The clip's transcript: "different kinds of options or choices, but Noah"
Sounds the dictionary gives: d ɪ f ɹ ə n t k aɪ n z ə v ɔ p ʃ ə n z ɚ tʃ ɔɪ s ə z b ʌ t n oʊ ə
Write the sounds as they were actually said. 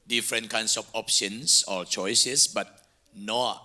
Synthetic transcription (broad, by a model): d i f ɹ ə n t k aɪ n s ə f ɔ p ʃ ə n s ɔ tʃ ɔɪ s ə s b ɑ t n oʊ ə